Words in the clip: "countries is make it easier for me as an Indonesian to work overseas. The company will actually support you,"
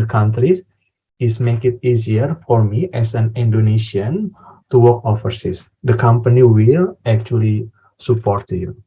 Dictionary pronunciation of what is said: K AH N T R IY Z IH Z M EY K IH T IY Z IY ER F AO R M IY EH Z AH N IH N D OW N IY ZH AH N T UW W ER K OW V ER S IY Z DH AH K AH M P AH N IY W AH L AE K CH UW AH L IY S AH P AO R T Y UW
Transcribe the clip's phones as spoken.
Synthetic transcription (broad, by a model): K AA N T R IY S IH S M EY K IH T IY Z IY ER F AO R M IY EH S AH N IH N D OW N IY SH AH N T UW W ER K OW F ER S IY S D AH K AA M P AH N IY W AH L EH K CH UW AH L IY S AH P AO R T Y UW